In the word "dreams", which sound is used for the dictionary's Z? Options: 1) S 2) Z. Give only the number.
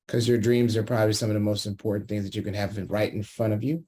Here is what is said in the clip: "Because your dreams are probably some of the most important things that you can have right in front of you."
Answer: 2